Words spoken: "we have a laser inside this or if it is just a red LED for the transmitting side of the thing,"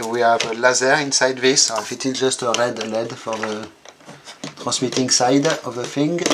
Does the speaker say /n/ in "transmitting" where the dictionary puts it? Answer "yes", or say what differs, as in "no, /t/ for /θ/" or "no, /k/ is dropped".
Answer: no, /n/ is dropped